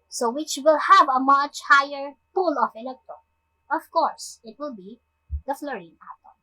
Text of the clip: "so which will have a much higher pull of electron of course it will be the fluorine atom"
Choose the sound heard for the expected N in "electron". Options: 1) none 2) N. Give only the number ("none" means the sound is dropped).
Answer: 1